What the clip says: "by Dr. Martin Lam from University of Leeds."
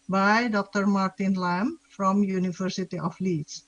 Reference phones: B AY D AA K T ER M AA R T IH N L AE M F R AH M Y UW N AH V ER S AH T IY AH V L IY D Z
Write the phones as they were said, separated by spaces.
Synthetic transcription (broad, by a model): B AY D AA K T ER M AA R T IH N L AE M F R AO M Y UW N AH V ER S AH T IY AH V L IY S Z